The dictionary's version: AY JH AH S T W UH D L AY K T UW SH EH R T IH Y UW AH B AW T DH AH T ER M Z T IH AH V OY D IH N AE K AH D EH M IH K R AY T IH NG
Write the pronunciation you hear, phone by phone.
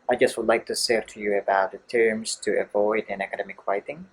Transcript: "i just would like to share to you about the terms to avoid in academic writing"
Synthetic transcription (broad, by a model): AY JH AH S T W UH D L AY K T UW S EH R T IH Y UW AH B AW T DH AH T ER M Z T IH AH V OY D IH N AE K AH D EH M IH K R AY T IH NG